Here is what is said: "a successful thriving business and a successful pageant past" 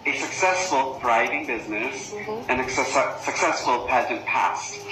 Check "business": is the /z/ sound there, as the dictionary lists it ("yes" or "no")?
yes